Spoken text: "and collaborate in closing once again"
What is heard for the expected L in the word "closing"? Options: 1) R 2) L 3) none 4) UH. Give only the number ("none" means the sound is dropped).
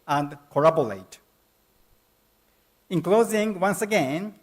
2